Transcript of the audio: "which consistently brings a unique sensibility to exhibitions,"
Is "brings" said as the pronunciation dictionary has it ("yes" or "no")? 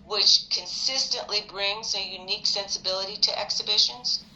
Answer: yes